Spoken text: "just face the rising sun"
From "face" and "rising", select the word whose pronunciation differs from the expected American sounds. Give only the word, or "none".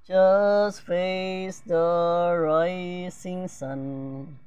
rising